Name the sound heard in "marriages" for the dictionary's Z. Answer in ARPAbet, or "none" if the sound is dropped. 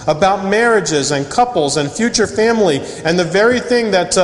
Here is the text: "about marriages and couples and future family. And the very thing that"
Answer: Z